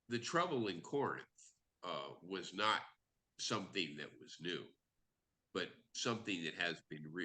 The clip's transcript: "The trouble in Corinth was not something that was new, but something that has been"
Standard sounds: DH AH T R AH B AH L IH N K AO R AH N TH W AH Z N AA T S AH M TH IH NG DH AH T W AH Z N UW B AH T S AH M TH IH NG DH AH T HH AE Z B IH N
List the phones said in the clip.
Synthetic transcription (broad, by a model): DH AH T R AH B L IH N K AO R AH N TH W AH Z N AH T S AH M TH IH NG DH AH T W AH Z N UW B AH T S AH M TH IH NG DH AH T HH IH Z B IH N